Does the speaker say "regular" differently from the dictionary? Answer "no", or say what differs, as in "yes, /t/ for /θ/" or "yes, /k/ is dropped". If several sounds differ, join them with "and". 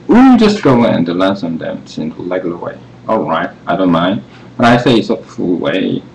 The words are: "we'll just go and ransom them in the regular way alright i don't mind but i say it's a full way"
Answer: yes, /l/ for /ɹ/